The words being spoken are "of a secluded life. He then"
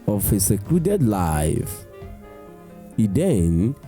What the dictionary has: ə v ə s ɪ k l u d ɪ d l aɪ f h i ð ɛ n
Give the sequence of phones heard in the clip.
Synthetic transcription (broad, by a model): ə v ə s ɪ k l u d ɪ d l aɪ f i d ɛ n